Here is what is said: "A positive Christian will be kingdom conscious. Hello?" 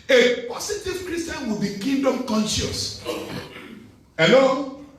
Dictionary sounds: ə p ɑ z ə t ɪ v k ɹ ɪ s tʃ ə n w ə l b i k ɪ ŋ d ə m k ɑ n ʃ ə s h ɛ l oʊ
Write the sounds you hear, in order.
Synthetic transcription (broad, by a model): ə p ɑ s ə t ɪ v k ɹ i s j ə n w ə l b i k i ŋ d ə m k ɑ n ʃ ə s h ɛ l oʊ